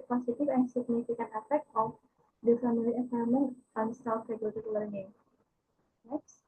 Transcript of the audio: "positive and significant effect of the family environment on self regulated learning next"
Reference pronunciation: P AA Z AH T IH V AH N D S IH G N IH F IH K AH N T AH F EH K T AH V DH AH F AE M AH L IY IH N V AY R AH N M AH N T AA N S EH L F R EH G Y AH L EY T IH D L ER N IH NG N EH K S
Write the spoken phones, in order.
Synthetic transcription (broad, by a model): P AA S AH T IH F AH N S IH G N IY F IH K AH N AH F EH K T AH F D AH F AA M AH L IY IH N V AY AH M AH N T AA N S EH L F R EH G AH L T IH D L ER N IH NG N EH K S